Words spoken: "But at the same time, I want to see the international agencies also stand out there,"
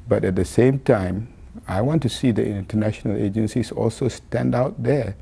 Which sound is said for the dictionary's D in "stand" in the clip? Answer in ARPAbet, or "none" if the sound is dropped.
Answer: D